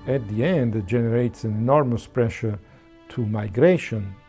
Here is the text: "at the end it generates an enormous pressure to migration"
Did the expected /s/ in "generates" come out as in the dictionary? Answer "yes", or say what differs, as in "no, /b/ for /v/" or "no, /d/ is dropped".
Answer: yes